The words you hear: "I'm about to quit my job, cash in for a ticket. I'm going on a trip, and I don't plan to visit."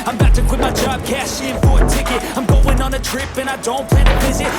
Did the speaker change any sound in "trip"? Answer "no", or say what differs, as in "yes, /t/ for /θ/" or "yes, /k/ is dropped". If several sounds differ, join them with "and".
no